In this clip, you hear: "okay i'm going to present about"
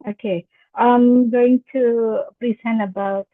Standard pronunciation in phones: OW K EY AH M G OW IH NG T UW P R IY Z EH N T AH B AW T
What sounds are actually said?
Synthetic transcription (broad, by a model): OW K EY AH M G OW IH NG T UW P R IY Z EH N AH B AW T